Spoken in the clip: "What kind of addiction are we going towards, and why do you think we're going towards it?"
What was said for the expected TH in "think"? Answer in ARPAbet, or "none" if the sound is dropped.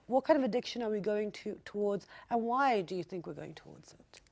TH